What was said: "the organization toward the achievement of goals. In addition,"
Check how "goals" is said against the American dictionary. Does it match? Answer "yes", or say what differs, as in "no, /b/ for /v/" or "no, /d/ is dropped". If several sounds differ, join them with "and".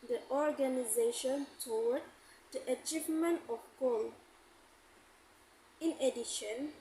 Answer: no, /z/ is dropped